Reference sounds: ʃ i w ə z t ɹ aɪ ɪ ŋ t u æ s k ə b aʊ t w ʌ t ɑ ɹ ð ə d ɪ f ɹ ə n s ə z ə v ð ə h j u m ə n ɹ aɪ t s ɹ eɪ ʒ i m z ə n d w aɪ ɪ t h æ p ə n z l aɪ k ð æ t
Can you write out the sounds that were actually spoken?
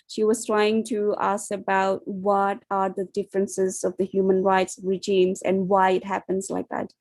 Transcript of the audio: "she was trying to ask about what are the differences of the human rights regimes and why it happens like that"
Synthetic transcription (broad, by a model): ʃ i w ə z t ɹ aɪ ɪ ŋ t u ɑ s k ə b aʊ t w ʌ t ɑ ɹ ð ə d ɪ f ɹ ə n s ə z ə v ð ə h j u m ə n ɹ aɪ t s ɹ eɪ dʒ i m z ə n d w aɪ ɪ t h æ p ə n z l aɪ k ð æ t